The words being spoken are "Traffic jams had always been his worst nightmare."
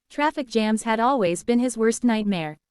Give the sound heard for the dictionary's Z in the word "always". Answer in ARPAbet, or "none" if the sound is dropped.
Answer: Z